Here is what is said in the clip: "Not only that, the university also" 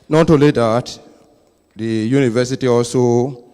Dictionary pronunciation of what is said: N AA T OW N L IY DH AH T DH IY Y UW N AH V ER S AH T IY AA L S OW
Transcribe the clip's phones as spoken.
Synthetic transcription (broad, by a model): N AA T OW L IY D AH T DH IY Y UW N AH V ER S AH T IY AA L S OW